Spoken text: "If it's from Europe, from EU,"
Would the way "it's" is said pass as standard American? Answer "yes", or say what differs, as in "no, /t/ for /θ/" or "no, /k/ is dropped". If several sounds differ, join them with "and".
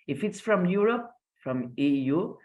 yes